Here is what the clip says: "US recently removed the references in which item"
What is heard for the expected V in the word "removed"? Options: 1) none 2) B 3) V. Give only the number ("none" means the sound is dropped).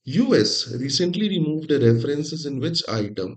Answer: 3